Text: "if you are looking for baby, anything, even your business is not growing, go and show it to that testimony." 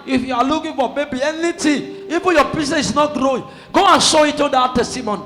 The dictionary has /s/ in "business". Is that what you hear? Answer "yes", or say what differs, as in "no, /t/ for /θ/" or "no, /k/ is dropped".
no, /s/ is dropped